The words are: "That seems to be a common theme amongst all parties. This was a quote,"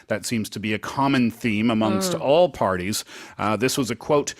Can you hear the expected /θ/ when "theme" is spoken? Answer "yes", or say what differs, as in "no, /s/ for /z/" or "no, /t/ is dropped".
yes